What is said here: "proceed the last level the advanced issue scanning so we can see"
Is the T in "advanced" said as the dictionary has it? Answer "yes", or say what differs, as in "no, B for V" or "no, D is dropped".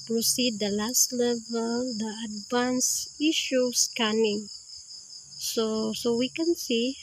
no, T is dropped